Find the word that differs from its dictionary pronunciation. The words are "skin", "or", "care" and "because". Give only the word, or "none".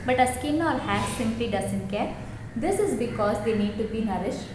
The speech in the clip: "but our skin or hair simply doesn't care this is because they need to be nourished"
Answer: or